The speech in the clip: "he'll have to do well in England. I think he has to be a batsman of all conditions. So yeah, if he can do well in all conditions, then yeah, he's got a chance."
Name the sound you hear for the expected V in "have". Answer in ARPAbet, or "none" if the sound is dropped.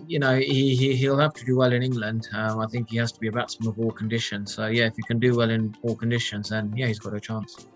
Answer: F